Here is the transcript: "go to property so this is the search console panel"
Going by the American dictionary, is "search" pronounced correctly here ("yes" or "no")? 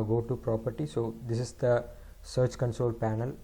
yes